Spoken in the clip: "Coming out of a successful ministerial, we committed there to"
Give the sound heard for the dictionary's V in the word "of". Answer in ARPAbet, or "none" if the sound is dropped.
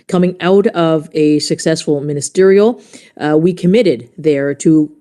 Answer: V